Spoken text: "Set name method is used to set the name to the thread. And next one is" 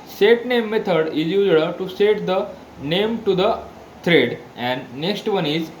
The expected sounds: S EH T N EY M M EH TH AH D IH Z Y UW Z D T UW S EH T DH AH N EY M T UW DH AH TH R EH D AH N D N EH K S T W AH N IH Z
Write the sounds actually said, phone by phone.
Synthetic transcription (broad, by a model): S EH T N EY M M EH T AH D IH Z Y UW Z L T UW S EH T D AH N EY M T UW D AH T R EH D AH N D N EH K S T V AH N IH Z